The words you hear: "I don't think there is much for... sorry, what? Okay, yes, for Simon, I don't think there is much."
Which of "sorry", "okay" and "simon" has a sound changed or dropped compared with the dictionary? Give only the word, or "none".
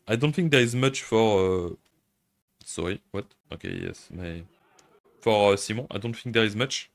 simon